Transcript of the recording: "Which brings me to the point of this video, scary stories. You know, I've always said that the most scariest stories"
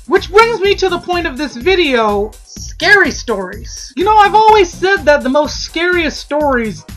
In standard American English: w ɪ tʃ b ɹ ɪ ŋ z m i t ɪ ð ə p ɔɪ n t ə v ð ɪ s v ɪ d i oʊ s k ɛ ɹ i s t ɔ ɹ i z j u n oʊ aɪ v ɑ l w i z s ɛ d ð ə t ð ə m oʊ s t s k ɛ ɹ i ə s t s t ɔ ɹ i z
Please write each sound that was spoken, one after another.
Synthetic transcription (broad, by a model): w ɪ tʃ b ɹ ɪ ŋ z m i t ɪ ð ə p ɔɪ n t ə v ð ɪ s v ɪ d i oʊ s k ɛ ɹ i s t ɔ ɹ i z j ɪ n oʊ aɪ v ɑ l w i z s ɛ d ð ə t ð ə m oʊ s t s k ɛ ɹ i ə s s t ɔ ɹ i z